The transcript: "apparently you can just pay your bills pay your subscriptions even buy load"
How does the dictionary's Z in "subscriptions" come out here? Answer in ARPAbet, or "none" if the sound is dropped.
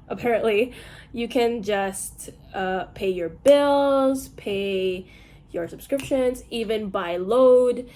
Z